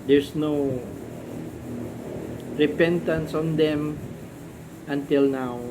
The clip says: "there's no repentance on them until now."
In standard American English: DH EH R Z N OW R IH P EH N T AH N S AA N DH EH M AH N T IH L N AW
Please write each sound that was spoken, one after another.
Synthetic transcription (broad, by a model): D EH R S N OW R IH P EH N T AH N S AA N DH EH M AH N T IH L N AW